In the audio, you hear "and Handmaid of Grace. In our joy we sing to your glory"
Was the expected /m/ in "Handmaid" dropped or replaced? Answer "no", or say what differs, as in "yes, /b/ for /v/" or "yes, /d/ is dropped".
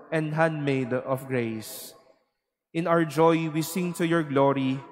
no